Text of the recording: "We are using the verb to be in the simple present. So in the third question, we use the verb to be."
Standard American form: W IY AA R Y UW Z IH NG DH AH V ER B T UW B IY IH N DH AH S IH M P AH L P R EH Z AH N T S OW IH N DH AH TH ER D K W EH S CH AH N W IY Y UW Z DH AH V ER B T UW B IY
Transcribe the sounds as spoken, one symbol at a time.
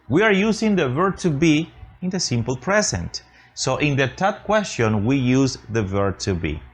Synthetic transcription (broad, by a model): W IY AA R Y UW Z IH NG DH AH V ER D T UW B IY IH N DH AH S IH M P AH L P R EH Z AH N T S OW IH N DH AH T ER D K W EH S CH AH N W IY Y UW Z DH AH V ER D T UW B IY